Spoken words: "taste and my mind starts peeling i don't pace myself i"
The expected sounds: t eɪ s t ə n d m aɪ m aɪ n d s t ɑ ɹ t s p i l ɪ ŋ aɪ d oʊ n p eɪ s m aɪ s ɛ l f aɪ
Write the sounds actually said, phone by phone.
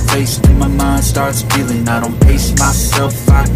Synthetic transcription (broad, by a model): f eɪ s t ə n m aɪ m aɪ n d s t ɑ ɹ t s f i l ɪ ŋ aɪ d oʊ n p eɪ s m aɪ s ɛ l f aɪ